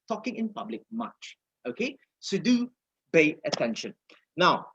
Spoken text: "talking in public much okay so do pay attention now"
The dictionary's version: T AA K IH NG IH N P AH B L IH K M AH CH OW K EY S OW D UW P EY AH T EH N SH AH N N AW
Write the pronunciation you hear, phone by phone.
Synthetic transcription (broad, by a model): T AA K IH NG IH N P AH B L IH K M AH CH OW K EY S OW D UW B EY AH T EH N SH AH N N AW